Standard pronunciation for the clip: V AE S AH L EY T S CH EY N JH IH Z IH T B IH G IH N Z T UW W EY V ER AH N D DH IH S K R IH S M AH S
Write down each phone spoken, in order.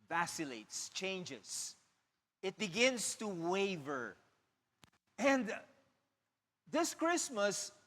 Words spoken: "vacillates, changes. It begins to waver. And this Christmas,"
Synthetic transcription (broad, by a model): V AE S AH L EY T S CH EY N JH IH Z IH T B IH G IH N S T UW W EY V ER AH N D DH IH S K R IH S M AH S